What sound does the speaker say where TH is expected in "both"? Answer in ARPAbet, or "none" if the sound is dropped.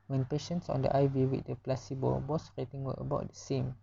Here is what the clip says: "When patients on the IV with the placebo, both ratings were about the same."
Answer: S